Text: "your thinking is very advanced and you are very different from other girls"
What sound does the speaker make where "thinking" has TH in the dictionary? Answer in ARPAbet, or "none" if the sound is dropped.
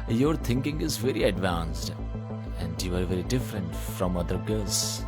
T